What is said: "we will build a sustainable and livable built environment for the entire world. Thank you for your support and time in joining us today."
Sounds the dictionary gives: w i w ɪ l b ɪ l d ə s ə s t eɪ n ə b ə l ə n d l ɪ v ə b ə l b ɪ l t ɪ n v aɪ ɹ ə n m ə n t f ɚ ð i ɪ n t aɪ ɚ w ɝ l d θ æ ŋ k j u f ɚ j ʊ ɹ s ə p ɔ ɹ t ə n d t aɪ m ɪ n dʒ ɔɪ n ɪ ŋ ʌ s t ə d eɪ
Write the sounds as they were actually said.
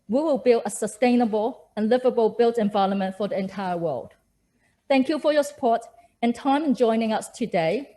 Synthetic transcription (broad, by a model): w i w ɪ l b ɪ l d ə s ə s t eɪ n ə b ə l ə n l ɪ v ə b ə l b ɪ l t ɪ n v aɪ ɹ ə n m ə n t f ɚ ð i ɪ n t aɪ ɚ w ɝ l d θ æ ŋ k j u f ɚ j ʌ s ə p ɔ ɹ t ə n t aɪ m ɪ n dʒ ɔɪ n ɪ ŋ ʌ s t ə d eɪ